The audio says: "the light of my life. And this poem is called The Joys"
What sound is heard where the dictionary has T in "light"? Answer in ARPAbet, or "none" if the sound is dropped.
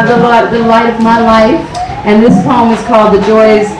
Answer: T